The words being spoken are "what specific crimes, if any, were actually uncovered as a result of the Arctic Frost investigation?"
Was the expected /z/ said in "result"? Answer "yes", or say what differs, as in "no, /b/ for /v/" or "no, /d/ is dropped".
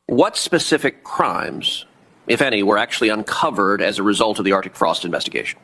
yes